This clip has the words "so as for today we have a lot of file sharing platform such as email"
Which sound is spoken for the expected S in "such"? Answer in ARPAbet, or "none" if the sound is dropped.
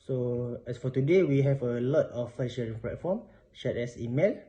SH